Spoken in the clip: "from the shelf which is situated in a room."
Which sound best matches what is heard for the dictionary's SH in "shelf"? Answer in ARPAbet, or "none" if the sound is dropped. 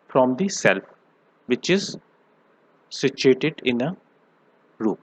S